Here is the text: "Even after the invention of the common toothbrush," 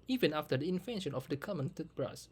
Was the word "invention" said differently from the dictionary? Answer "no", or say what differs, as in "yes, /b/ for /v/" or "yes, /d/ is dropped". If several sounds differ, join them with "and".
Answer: yes, /f/ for /v/